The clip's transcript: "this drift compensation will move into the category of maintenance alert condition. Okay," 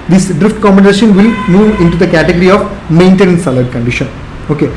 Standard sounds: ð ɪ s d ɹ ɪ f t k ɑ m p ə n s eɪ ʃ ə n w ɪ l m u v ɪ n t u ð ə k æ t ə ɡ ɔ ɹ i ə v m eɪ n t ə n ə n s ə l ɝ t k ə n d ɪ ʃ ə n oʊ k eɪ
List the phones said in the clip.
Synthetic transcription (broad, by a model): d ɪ s d ɹ ɪ f t k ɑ m b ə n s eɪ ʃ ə n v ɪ l m u v ɪ n t u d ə k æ t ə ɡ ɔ ɹ i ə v m eɪ n t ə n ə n s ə l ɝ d k ə n d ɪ ʃ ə n oʊ k eɪ